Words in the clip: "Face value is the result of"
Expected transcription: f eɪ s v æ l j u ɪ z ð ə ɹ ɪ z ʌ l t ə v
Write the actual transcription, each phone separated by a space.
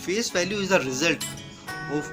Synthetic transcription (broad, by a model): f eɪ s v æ l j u ɪ z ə ɹ ɪ z ʌ l t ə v